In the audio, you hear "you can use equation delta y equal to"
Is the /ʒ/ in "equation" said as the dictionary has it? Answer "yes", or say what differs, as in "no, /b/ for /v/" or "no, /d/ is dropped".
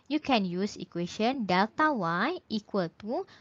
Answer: no, /ʃ/ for /ʒ/